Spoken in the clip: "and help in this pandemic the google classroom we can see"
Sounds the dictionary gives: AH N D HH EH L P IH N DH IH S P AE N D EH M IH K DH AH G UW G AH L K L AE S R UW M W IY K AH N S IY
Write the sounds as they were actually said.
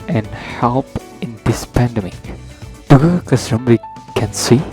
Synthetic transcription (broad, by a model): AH N HH EH L P IH N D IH S P AE N D EH M IH K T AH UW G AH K AH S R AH M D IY K AH N S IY